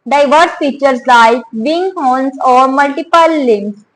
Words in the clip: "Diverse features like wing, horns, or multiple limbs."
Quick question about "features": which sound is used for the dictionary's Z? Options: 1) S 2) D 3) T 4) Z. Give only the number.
1